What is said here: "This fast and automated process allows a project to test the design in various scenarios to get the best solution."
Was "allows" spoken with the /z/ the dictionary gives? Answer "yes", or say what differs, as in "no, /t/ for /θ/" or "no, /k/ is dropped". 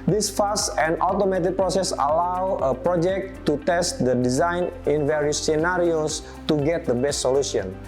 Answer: no, /z/ is dropped